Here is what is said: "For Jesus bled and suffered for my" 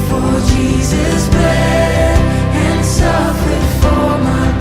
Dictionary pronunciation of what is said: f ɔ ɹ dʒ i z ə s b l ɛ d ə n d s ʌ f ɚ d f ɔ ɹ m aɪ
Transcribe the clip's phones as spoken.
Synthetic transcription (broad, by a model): f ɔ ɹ dʒ i z ə s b ɛ ə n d s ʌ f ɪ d f ɔ ɹ m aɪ